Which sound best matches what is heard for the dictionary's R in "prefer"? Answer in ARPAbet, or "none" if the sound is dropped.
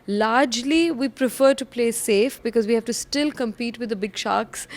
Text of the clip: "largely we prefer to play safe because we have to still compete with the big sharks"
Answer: R